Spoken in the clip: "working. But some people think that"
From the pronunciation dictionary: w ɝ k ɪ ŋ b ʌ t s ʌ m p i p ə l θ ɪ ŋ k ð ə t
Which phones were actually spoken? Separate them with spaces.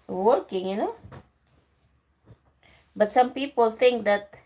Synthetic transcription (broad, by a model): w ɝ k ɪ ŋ b ʌ t s ʌ m p i p ə l t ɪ ŋ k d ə t